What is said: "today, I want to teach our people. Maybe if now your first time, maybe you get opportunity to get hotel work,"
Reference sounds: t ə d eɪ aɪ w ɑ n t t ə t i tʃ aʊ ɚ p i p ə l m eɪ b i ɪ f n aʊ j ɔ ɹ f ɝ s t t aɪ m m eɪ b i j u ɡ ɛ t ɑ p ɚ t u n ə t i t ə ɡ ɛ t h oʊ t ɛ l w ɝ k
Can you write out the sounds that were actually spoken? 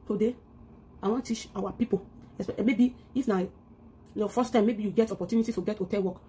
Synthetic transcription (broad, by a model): t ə d eɪ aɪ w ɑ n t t t i tʃ aʊ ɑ p i p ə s m eɪ b i ɪ f n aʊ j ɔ f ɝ s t t aɪ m m eɪ b i j u ɡ ɛ t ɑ p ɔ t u n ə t i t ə ɡ ɛ t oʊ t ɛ n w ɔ k